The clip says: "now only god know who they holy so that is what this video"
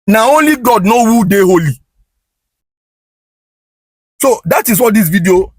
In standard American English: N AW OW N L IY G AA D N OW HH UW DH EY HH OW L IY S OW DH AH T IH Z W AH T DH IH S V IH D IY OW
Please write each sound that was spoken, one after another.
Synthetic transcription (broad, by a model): N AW OW N L IY G AA D N OW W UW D EY HH OW L IY S OW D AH T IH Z W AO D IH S V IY D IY OW